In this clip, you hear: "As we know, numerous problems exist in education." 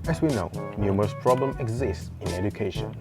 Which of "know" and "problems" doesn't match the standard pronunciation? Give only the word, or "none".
problems